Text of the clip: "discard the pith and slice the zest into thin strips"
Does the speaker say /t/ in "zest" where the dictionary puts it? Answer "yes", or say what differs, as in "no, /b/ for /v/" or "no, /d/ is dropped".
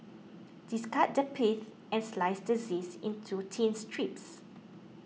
no, /t/ is dropped